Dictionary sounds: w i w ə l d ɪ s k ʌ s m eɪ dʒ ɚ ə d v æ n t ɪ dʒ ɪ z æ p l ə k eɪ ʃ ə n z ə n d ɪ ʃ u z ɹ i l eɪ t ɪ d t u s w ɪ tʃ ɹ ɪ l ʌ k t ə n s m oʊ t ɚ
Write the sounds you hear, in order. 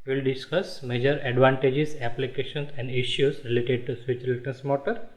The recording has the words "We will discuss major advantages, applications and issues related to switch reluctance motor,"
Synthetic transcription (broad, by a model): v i l d ɪ s k ʌ s m eɪ dʒ ɚ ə d v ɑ n t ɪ dʒ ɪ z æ p l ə k eɪ ʃ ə n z ə n d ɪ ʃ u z ɹ i l eɪ t ɪ d t u s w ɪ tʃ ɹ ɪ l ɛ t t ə s m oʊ t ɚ